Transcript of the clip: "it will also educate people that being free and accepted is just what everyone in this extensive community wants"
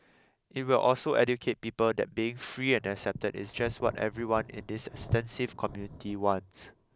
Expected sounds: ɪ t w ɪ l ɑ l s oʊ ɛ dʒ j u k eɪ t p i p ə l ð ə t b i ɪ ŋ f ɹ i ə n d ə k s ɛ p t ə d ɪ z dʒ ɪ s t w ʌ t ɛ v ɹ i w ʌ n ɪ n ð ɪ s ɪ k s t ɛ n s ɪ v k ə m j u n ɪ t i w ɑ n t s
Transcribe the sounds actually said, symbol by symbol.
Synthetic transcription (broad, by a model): ɪ t w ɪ l ɑ l s oʊ ɛ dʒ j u k eɪ t p i p ə l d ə t b i ɪ ŋ f ɹ i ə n ə k s ɛ p t ə d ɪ s dʒ ɪ s t w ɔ t ɛ v ɹ i w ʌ n ɪ n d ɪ s ɪ k s t ɛ n s ɪ v k ə m j u n ɪ t i w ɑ n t s